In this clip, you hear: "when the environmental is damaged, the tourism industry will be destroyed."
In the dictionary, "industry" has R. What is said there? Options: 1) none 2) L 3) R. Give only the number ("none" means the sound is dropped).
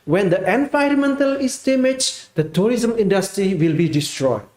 3